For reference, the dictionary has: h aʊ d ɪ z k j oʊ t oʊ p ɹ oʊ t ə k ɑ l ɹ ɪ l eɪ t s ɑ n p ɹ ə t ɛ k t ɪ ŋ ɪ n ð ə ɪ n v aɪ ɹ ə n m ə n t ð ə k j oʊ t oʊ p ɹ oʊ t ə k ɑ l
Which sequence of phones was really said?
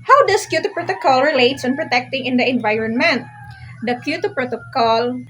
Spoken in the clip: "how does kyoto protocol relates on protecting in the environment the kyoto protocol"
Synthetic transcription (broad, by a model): h aʊ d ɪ s k j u t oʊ p ɹ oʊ t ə k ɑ l ɹ ɪ l eɪ t s ɑ n p ɹ ə t ɛ k t ɪ ŋ ɪ n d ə ɪ n v aɪ ɹ ə n m ə n t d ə k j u t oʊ p ɹ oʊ t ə k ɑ l